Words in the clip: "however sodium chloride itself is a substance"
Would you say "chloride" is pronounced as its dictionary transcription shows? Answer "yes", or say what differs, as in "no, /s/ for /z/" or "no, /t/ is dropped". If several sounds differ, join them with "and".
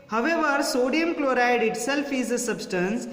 yes